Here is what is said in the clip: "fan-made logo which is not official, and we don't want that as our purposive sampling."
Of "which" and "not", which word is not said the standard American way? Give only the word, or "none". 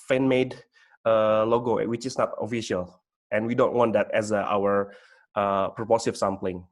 none